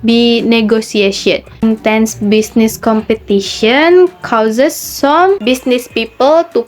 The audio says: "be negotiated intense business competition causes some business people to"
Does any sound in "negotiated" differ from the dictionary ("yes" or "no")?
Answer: yes